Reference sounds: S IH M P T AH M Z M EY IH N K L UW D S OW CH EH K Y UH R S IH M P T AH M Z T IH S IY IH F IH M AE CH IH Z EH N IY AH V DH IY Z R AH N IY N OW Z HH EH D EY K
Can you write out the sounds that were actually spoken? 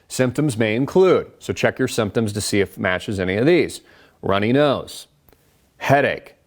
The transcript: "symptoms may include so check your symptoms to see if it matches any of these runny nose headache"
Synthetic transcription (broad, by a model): S IH M P T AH M Z M EY IH N K L UW D S OW CH EH K Y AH R S IH M P T AH M Z T IH S IY IH F M AE CH IH Z EH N IY AH V DH IY Z R AH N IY N OW Z HH EH D EY K